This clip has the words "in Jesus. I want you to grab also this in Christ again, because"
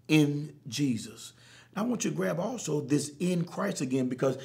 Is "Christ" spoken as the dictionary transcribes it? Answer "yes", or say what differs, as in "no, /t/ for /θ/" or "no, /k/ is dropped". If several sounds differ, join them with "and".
yes